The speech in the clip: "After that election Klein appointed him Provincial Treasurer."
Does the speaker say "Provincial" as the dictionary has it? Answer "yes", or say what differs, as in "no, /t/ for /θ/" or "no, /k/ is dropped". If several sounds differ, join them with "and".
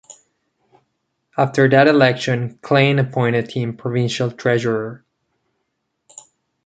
yes